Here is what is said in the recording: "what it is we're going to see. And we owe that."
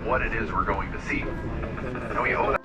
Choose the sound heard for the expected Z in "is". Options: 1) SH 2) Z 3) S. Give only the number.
2